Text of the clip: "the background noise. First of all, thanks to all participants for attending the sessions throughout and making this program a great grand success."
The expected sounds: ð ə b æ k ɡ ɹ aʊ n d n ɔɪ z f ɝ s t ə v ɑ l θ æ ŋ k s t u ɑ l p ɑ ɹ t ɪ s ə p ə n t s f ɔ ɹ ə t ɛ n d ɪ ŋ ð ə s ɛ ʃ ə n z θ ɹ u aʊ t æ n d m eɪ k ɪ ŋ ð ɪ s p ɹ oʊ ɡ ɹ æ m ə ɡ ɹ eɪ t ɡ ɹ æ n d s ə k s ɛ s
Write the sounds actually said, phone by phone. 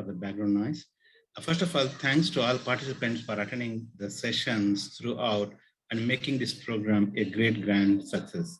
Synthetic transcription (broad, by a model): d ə b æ ɡ ɹ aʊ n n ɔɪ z f ɝ s t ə f ɑ l t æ ŋ k s t u ɑ l p ɑ ɹ t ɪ s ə p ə n t s f ɔ ɹ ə t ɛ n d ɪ ŋ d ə s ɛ ʃ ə n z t ɹ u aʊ t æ n d m eɪ k ɪ ŋ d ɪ s p ɹ oʊ ɡ ɹ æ m ə ɡ ɹ eɪ t ɡ ɹ æ n d s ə k s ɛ s